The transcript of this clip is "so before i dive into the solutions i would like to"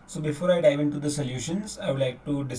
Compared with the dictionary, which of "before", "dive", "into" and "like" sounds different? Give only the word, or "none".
none